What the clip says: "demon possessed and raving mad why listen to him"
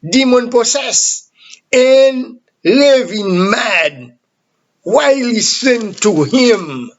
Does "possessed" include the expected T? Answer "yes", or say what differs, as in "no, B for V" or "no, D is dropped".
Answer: no, T is dropped